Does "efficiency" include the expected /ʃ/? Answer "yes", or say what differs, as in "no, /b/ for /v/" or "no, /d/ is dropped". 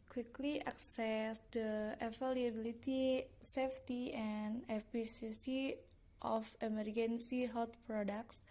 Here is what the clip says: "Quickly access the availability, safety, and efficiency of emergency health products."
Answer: no, /s/ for /ʃ/